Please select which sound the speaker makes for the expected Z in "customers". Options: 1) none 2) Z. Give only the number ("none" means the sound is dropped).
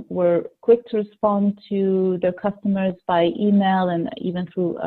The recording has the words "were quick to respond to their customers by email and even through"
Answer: 2